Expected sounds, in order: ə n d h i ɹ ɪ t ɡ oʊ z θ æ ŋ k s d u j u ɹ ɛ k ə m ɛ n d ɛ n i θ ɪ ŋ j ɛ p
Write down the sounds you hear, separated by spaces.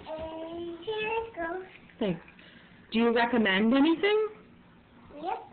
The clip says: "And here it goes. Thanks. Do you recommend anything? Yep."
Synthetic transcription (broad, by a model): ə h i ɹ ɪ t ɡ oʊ θ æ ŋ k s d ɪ j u ɹ ɛ k ə m ɛ n d ɛ n i θ ɪ ŋ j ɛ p